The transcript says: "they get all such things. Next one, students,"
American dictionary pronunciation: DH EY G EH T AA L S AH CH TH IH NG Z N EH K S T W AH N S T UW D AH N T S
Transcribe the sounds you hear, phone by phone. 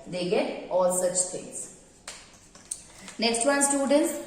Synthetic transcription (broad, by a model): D EY G EH T AA L S AH CH T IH NG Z N EH K S T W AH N S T UW D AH N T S